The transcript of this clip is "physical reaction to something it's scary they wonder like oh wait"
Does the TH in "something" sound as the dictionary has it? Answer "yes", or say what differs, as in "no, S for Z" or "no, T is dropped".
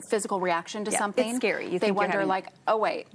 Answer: yes